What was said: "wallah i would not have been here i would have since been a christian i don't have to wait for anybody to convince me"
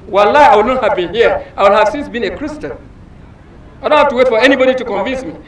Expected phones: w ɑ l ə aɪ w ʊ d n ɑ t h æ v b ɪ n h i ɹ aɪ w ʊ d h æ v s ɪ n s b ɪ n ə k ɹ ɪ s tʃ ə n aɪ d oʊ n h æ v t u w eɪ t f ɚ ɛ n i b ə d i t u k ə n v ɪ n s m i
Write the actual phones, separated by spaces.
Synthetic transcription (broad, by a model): w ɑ l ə aɪ w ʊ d n ɑ t h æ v b ɪ n h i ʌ aɪ w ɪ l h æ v s ɪ n s b ɪ n ə k ɹ ɪ s tʃ ə n aɪ d oʊ n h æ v t u w eɪ t f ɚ ɛ n i b ə d i t u k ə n v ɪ n s m i